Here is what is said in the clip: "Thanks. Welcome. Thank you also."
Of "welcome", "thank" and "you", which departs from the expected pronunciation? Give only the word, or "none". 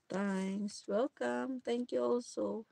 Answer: thank